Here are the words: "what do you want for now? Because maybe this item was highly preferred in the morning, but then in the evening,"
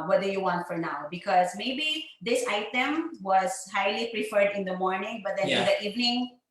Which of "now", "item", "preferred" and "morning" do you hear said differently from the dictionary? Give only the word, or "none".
none